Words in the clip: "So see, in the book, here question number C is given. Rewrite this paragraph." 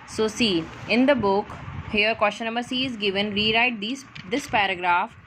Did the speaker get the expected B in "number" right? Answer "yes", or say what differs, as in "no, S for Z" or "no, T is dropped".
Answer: no, B is dropped